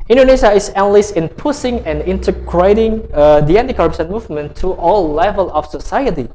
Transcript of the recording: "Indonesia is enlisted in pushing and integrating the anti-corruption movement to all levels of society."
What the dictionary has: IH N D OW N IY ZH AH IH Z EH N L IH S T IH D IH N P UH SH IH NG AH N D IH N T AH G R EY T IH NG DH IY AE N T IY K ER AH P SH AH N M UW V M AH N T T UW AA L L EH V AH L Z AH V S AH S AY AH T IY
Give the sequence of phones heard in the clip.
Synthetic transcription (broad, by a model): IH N D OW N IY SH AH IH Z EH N AH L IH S IH N P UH S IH NG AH N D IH N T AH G R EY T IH NG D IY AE N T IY K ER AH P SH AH N M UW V M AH N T T UW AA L L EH V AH L AH F S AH S AY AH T IY